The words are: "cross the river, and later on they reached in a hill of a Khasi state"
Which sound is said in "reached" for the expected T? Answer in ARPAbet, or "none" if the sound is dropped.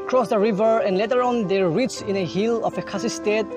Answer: none